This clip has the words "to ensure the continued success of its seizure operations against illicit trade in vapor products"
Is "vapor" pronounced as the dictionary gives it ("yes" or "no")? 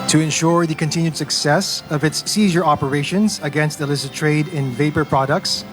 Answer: yes